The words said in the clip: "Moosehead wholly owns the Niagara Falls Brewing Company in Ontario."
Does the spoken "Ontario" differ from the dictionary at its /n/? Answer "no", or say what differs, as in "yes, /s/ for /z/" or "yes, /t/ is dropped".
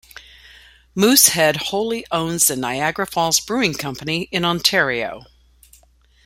no